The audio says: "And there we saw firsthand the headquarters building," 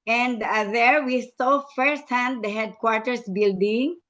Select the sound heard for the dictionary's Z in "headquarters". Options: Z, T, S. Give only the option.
S